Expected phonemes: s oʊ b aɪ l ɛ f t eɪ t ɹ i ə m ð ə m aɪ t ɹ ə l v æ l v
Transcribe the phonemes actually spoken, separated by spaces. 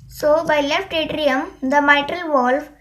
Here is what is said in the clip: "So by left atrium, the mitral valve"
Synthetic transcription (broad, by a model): s oʊ b aɪ l ɛ f t eɪ t ɹ i ə m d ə m aɪ t ɹ ə l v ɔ l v